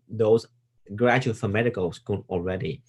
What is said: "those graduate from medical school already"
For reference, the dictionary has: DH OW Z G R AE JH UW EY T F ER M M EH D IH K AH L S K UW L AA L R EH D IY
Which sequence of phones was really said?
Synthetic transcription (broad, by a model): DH OW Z G R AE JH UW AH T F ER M M EH D IH K AH L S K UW N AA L R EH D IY